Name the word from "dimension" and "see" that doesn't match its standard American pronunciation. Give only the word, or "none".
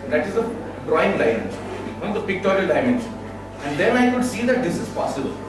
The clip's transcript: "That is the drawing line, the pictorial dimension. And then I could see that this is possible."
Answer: dimension